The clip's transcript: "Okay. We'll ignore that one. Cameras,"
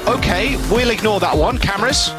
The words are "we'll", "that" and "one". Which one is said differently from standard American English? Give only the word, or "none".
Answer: none